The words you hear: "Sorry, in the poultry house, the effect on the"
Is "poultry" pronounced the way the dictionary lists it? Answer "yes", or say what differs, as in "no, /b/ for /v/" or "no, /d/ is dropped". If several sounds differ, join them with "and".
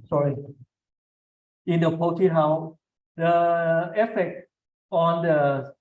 no, /ɹ/ is dropped